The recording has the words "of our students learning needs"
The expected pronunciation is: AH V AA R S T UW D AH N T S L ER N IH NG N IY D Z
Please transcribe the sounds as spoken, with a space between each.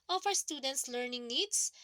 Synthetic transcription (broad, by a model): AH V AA W S T UW D AH N T S L ER N IH NG N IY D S